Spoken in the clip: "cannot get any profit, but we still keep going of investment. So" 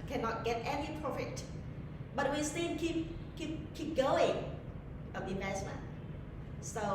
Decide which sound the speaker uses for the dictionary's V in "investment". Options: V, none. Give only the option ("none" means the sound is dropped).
none